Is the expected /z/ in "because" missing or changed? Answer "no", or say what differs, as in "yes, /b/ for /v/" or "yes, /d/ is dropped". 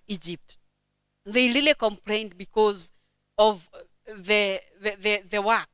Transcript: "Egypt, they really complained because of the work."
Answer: no